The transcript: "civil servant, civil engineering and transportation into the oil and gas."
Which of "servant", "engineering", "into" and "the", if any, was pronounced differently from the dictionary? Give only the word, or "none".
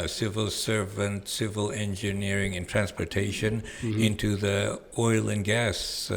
none